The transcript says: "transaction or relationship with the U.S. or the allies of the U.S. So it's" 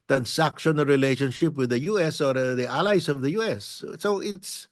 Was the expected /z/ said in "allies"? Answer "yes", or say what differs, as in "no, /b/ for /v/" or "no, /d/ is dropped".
no, /s/ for /z/